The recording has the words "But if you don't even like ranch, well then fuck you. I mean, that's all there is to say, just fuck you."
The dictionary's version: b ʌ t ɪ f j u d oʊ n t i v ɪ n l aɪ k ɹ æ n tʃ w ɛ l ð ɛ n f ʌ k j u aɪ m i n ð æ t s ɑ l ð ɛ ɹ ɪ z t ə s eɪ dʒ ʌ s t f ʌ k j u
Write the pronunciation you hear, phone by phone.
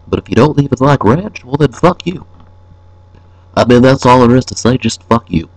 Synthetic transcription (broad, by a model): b ʌ t ɪ f j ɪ d oʊ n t i v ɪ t l aɪ k ɹ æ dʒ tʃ w ɛ l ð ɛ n f ʌ k j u aɪ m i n ð æ t s ɑ l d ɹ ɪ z t ə s eɪ dʒ ʌ s t f ʌ k j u